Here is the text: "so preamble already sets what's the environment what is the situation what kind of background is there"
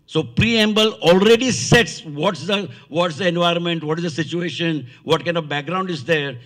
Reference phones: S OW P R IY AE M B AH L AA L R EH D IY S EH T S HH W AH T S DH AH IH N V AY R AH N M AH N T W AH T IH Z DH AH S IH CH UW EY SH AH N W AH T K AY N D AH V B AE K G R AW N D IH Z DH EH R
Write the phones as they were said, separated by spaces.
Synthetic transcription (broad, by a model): S OW P R IY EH M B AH L AA L R EH D IY S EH T S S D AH T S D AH IH N V AY R AH N M AH N T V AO T IH Z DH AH S IH CH UW EY SH AH N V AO T K AY N D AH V B AE K G R AW N D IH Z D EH R